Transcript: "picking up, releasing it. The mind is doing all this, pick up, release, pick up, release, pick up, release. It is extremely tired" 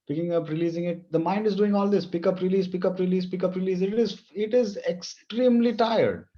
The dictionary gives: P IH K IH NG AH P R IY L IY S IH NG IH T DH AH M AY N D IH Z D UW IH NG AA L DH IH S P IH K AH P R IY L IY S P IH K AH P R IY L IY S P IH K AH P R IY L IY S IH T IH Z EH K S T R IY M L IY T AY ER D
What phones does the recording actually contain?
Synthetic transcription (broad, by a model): P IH K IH NG AH P R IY L IY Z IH NG IH T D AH M AY N D IH Z D UW IH NG AA L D IH S P IH K AH P R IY L IY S P IH K AH P R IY L IY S P IH K AH P R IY L IY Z IH T IH Z EH K S T R IY M L IY T AY ER D